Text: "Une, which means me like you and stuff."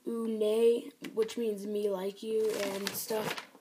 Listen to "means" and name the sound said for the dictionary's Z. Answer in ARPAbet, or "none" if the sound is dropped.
Z